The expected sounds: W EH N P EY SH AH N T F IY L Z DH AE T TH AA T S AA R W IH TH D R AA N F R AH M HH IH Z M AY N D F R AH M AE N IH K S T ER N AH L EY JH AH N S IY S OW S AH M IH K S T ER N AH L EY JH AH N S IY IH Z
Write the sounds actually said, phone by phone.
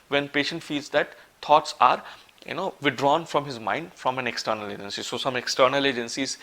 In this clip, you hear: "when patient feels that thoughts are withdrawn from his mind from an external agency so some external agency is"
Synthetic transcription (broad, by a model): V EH N P EY SH AH N T F IY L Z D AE T T AA T S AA R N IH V D R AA N F R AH M HH IH Z M AY N D F R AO M AE N IH K S T ER N AH L EY JH AH N S IY S OW S AH M IH K S T ER N AH L EY JH AH N S IY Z